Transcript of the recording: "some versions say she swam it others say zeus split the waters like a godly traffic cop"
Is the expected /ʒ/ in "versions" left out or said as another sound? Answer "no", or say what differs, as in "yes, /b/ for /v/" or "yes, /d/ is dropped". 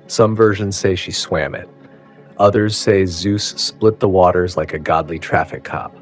no